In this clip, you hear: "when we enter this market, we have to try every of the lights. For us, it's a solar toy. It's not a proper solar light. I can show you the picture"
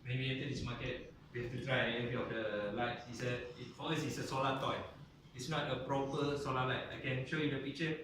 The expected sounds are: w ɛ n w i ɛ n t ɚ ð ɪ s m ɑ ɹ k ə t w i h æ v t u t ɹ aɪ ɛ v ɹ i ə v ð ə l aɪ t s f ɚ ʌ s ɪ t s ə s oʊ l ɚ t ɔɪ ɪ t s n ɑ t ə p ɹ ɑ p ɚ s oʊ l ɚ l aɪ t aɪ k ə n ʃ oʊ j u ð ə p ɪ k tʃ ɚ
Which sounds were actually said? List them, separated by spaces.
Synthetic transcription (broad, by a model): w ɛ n w i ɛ n t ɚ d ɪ s m ɑ k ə t w i h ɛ f t u t ɹ aɪ ɛ v ɹ i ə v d ə l aɪ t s f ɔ ʌ s ɪ t s ə s oʊ l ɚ t ɔɪ ɪ t s n ɑ t ə p ɹ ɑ p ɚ s oʊ l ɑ l aɪ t aɪ k ə n ʃ oʊ j u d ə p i k tʃ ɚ